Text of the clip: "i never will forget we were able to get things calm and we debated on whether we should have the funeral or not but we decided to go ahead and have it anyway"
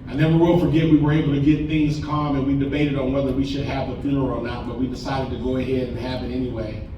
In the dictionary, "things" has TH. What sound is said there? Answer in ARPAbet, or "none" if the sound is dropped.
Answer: TH